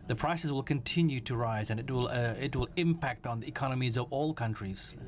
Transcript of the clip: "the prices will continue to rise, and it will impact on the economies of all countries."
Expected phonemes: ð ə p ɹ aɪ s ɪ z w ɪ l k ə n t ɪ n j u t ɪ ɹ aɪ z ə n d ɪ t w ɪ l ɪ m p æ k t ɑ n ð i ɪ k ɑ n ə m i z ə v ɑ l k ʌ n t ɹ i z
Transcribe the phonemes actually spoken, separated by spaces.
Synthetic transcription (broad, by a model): ð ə p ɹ aɪ s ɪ s w ɪ l k ə n t ɪ n j u t ɪ ɹ aɪ z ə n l ɪ t w ɪ l ɪ m p æ k t n ð i ɪ k ɑ n ə m i z ə v ɑ l k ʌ n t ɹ i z